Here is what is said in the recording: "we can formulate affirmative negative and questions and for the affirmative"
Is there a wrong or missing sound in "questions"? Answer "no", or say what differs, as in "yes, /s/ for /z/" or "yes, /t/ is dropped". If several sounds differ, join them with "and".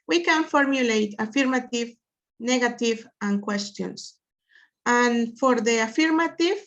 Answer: yes, /s/ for /z/